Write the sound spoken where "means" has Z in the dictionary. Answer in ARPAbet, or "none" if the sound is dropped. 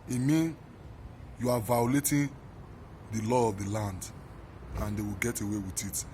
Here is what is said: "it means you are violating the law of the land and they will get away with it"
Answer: none